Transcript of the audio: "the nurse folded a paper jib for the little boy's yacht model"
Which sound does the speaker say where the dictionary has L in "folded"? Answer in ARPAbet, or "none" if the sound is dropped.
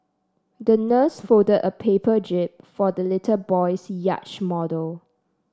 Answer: none